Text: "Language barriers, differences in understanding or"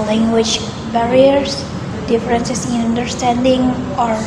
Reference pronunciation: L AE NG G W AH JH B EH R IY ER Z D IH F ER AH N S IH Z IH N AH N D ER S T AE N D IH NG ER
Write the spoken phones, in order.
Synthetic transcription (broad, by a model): L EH NG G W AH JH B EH R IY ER S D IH F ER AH N S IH S IH N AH N D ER S T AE N D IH NG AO